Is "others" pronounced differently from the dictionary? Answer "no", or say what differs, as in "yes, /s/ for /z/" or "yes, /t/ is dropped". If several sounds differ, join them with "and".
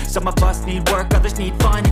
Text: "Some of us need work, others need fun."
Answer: no